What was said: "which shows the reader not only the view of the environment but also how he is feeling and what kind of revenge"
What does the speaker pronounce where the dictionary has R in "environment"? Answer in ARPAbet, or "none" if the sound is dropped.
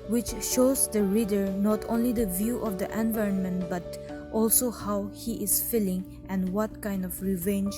R